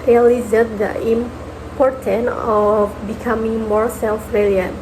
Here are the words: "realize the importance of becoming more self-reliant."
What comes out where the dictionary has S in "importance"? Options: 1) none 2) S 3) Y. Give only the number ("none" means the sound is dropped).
1